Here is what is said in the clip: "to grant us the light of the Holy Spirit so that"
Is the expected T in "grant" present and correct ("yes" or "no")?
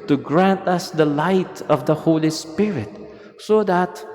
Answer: yes